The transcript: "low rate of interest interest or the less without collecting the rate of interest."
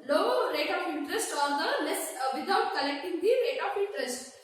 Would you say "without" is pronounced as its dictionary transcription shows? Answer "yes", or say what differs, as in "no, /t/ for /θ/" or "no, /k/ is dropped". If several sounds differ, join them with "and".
no, /t/ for /θ/